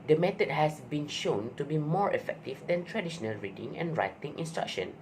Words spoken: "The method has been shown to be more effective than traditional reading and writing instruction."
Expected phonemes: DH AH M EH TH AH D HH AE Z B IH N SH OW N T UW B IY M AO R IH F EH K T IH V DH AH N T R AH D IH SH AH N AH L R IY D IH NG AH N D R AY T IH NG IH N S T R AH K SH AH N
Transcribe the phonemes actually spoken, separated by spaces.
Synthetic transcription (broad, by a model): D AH M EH T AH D HH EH S B IH N SH OW N T UW B IY M AO R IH F EH K T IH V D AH N T R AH D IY SH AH N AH L R IY D IH NG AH N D R AY T IH NG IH N S T R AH K SH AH N